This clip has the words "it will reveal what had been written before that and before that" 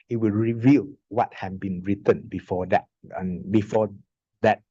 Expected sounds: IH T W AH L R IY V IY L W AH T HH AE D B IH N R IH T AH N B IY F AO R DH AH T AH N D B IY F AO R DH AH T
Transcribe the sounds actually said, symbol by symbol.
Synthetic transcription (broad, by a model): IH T W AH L R IY V IY L W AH T HH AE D B IH N R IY T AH N B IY F AO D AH T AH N B IY F AO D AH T